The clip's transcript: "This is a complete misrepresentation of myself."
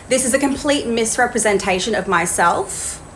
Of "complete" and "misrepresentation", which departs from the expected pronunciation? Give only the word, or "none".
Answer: none